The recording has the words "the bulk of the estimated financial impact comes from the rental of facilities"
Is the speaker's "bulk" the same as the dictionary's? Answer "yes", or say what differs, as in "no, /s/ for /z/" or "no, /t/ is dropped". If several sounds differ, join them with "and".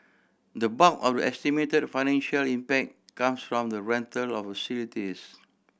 no, /l/ is dropped